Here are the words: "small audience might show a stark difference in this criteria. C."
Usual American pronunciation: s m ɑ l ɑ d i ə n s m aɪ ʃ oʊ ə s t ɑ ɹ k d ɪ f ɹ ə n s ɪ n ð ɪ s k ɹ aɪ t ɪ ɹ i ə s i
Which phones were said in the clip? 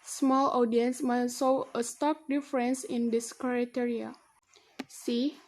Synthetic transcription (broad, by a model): s m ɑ l ɑ d i ə n s m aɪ s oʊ ə s t ɑ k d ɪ f ɹ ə n s ɪ n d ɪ s k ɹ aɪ t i ɹ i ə s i